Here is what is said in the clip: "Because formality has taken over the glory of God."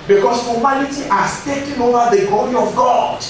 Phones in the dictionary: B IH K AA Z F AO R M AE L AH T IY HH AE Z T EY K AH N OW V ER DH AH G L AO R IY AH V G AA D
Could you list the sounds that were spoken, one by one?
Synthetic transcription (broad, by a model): B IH K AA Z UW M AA N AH T IY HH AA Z T EY K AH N OW V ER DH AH G L AO R IY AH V G AA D